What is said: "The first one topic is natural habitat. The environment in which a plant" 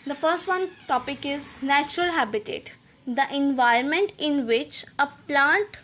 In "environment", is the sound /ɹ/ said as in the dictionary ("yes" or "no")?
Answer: no